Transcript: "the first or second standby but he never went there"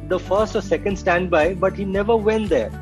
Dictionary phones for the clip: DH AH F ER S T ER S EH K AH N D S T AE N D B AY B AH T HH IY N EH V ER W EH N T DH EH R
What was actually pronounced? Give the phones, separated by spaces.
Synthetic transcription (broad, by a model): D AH F ER S T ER S EH K AH N D S T AE N D B AY B AH T HH IY N EH V ER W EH N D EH R